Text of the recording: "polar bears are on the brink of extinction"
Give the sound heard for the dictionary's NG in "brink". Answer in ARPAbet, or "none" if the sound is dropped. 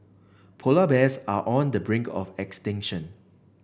NG